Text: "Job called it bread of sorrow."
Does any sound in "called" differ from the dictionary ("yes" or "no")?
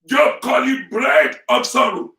yes